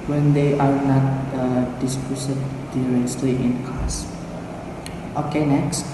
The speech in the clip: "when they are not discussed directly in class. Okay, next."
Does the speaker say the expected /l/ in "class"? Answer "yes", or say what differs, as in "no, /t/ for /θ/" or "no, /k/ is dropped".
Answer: no, /l/ is dropped